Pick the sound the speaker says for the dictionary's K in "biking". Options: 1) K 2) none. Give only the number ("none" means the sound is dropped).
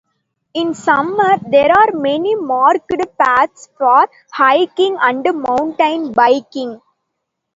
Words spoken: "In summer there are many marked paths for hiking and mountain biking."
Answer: 1